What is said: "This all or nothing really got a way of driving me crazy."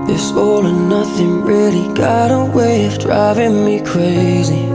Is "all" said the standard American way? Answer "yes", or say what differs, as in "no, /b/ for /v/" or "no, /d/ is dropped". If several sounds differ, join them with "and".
yes